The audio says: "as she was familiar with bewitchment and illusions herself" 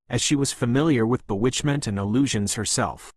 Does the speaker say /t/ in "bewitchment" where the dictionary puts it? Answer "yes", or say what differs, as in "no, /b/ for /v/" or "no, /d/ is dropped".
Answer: yes